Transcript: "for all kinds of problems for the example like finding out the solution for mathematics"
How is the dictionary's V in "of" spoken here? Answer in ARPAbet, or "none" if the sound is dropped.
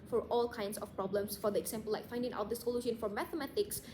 P